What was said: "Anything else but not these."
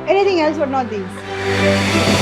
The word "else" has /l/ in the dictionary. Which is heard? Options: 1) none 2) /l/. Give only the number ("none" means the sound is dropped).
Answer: 2